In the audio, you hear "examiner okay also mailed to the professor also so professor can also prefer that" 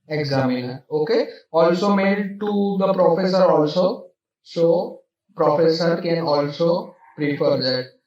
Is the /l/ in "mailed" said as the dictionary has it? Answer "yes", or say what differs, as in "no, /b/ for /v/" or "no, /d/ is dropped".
no, /l/ is dropped